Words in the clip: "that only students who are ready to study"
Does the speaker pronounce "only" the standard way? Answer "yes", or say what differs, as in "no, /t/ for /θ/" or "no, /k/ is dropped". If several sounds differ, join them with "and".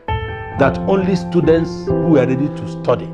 yes